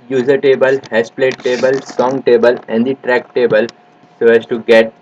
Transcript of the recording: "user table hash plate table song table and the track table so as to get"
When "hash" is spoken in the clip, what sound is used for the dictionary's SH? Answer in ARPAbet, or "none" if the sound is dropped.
S